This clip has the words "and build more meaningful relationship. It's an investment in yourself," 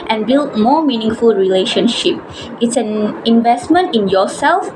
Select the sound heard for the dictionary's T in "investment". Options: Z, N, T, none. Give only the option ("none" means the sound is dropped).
T